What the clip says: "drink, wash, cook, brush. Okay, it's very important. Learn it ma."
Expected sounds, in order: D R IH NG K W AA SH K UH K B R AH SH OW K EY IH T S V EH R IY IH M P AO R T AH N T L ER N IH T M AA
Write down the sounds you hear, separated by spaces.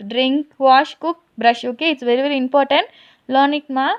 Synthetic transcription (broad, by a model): D R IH NG K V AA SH K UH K B R AH SH OW K EY IH T S V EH R IY IH M P AO R T AH N T L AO N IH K M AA